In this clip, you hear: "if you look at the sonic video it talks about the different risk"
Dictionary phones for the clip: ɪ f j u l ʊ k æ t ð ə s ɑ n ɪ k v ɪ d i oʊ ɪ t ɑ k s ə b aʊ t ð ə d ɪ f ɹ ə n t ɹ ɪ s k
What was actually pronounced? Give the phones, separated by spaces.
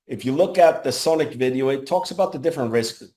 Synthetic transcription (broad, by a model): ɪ f j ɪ l ʊ k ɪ t ð ə s ɑ n ɪ k v ɪ d i oʊ ɪ t ɑ k s ə b aʊ t ð ə d ɪ f ɹ ə n t ɹ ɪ s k